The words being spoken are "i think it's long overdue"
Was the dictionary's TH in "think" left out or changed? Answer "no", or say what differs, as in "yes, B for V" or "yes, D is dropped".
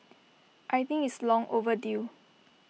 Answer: yes, T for TH